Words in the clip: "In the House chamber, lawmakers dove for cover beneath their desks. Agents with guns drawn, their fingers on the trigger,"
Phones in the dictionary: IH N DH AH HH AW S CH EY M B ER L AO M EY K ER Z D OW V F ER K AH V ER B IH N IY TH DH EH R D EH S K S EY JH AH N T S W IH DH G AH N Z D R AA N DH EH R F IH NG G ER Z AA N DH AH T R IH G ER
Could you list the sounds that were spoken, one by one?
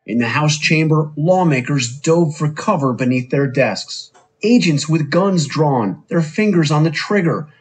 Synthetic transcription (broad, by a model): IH N DH AH HH AW S CH EY M B ER L AO M EY K ER Z D OW V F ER K AH V ER B IH N IY TH DH EH R D EH S K S EY JH AH N T S W IH DH G AH N Z D R AA N DH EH R F IH NG G ER Z N DH AH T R IH G ER